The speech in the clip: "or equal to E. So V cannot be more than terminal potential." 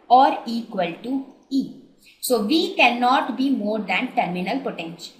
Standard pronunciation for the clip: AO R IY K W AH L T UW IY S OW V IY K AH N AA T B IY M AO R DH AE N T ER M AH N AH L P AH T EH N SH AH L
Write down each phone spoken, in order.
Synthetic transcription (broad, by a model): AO R IY K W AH L T UW IY S OW V IY K AH N AA T B IY M AO R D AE N T ER M AH N AH L P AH T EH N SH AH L